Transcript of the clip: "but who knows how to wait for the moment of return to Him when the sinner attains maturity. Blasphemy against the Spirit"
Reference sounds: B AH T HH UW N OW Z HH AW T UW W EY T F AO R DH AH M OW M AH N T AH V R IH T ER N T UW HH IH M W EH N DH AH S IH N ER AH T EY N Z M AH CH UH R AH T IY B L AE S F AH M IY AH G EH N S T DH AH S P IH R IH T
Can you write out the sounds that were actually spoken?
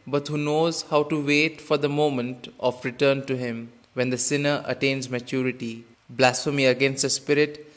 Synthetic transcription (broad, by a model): B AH T HH UW N OW Z HH AW T UW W EY T F AO R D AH M OW M AH N T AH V R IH T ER N T UW HH IH M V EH N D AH S IH N ER AH T EY N Z M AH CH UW R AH T IY B L AE S F AH M IY AH G EH N S T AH S P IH R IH T